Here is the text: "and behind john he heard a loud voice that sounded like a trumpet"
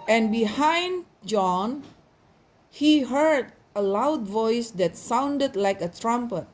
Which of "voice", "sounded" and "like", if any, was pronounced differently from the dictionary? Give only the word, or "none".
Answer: none